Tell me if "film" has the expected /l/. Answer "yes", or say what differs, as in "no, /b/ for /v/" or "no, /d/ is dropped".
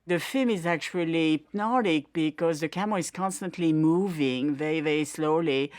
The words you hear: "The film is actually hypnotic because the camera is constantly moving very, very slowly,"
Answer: yes